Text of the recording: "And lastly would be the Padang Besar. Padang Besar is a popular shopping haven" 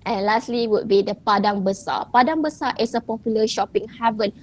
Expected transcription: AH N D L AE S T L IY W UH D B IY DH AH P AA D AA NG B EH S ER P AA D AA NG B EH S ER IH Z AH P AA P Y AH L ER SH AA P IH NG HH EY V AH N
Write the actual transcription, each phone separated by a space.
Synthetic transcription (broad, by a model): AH N L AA S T L IY W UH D B IY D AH P AA D AA NG B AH S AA P AA D AA NG B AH S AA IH S AH P AA P Y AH L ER SH AA P IH NG HH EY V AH N